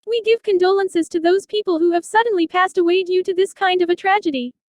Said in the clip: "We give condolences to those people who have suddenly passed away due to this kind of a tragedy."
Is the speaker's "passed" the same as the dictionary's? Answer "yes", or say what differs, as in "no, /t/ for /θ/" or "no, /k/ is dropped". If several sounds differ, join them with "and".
yes